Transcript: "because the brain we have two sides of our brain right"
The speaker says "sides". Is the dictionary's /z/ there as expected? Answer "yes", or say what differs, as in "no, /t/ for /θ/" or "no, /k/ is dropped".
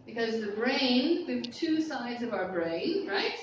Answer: yes